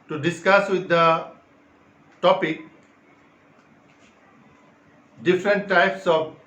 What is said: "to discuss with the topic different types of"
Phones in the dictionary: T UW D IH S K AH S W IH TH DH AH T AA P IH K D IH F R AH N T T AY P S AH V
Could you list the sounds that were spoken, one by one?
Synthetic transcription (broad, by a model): T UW D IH S K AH S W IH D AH T AA P IH K D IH F R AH N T T AY P S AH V